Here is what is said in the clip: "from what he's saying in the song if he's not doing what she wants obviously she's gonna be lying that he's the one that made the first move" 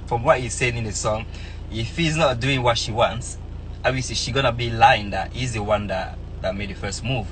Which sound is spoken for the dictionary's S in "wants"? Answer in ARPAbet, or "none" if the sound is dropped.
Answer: S